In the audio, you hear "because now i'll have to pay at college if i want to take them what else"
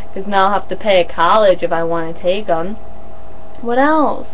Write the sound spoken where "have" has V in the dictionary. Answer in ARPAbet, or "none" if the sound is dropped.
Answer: F